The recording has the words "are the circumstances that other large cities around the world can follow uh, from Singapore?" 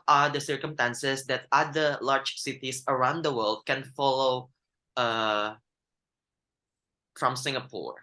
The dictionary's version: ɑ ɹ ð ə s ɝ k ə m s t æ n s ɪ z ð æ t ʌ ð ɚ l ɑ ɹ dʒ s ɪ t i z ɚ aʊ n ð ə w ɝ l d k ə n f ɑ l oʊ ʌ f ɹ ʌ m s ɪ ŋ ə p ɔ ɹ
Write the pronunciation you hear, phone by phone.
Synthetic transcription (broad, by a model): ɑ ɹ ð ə s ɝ k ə m s t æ n s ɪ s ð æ t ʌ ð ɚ l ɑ ɹ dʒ s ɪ t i s ɚ aʊ n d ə w ɝ l d k ə n f ɑ l oʊ ʌ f ɹ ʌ m s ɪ ŋ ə p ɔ ɹ